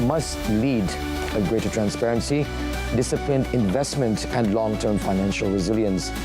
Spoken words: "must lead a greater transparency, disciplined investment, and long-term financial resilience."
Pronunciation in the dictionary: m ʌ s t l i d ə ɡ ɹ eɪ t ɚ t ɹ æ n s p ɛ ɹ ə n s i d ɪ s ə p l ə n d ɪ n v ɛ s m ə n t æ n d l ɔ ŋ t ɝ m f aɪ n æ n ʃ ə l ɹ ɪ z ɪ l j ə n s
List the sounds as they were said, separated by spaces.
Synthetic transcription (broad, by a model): m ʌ s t l i d ə ɡ ɹ eɪ t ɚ t ɹ æ n s p ɛ ɹ ə n s i d ɪ s ə p l ə n d ɪ n v ɛ s m ə n t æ n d l ɔ ŋ t ɝ m f aɪ n æ n ʃ ə l ɹ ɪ z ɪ l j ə n s